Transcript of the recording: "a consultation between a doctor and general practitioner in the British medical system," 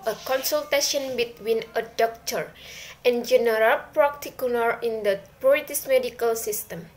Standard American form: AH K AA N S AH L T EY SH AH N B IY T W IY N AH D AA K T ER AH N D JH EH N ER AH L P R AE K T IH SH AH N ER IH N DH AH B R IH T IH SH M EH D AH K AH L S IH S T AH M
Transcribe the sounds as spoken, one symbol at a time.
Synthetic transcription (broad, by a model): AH K AA N S AH L T EY SH AH N B IY T W IY N AH D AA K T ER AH N JH EH N ER AH L P R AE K T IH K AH L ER IH N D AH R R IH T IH S M EH D AH K AH L S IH S T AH M